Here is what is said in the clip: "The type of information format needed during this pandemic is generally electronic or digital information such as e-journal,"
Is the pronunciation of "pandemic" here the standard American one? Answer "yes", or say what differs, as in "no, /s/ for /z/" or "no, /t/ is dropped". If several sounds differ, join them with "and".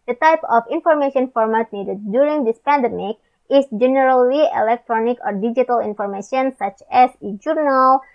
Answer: yes